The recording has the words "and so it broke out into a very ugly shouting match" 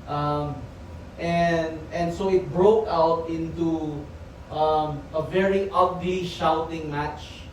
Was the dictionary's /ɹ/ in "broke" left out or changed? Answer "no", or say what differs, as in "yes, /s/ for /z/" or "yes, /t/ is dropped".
no